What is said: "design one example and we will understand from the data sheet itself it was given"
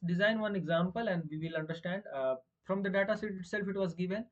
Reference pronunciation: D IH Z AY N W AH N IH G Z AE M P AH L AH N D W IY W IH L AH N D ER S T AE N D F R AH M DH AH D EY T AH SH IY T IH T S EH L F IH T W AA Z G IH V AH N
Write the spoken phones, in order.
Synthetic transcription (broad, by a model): D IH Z AY N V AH N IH G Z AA M P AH L AH N D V IY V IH L AH N D ER S T AE N D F R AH M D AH D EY T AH S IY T IH T S EH L F IH T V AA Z G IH V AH N